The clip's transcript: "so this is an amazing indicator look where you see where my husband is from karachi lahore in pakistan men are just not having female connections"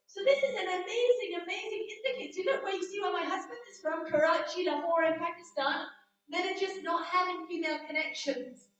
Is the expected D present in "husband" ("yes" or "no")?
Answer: yes